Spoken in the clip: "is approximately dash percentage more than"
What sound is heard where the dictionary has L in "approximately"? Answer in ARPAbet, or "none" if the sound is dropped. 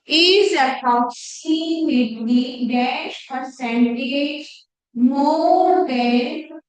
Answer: W